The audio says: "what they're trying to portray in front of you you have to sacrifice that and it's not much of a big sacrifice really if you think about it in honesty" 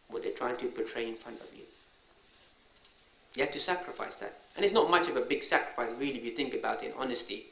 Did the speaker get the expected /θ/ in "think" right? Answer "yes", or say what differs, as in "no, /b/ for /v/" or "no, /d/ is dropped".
yes